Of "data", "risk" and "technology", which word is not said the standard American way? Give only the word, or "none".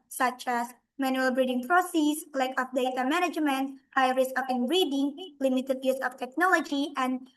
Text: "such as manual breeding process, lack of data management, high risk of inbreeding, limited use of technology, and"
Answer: risk